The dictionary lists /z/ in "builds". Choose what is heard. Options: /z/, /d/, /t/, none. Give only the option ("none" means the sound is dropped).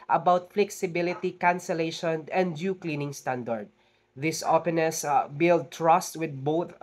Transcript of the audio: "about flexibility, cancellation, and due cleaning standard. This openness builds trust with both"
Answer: none